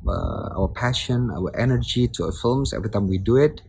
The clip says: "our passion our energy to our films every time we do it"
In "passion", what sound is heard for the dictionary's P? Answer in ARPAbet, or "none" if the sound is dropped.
P